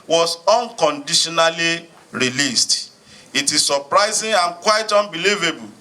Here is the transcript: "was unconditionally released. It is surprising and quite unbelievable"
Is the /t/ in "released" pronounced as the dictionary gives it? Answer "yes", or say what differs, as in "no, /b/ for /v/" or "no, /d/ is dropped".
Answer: yes